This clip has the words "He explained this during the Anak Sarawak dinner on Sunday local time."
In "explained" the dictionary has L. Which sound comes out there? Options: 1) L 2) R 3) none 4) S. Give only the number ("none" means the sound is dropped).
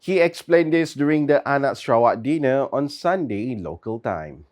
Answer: 1